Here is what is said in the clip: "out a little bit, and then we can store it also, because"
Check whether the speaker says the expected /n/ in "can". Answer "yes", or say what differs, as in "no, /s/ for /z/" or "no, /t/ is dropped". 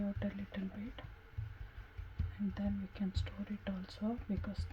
yes